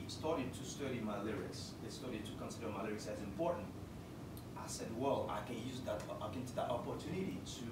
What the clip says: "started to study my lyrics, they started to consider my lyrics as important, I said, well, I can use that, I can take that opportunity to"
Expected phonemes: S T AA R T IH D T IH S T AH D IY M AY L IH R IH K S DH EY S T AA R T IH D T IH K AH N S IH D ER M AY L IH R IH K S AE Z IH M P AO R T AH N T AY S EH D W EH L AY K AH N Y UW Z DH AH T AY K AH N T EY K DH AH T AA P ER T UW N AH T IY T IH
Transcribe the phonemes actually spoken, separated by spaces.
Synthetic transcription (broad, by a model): S T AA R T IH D T IH S T AH D IY M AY L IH R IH S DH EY S T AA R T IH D T IH K AH N S IH D ER M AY L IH R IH S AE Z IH M P AO R T N T AY S EH D W EH L AY K AH N Y UW Z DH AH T AY K AH N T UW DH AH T AA P ER T UW N AH T IY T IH